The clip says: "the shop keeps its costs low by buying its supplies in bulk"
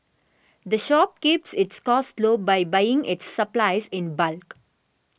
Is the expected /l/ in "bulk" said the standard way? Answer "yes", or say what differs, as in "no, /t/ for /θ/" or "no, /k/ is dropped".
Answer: yes